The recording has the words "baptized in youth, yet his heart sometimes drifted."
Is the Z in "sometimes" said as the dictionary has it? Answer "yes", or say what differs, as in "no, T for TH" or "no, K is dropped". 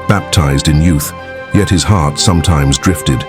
yes